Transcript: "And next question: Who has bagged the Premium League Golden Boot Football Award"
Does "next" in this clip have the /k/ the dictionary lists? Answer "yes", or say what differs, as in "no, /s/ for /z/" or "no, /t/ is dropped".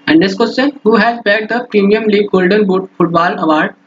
no, /k/ is dropped